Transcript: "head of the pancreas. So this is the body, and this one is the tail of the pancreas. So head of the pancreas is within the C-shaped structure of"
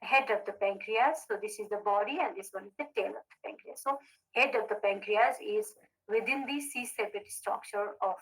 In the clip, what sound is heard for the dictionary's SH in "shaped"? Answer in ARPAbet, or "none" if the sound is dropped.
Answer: S